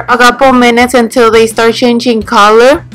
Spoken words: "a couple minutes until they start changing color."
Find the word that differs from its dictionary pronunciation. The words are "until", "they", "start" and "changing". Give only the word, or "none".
none